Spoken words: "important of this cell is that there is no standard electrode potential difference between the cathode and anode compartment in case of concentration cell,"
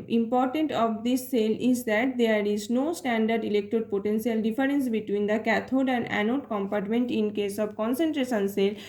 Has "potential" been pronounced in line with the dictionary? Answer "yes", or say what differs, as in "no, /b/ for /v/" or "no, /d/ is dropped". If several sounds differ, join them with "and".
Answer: no, /s/ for /ʃ/